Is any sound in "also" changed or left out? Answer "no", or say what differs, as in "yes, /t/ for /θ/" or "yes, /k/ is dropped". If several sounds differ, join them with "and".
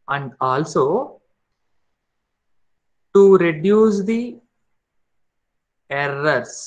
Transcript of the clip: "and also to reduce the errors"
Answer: no